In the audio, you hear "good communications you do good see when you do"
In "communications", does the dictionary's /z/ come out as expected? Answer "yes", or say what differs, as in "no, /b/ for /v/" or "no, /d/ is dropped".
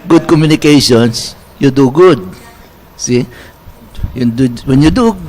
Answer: no, /s/ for /z/